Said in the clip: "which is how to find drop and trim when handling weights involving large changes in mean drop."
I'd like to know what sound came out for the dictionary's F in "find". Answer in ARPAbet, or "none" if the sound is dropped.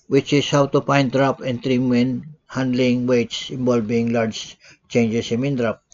P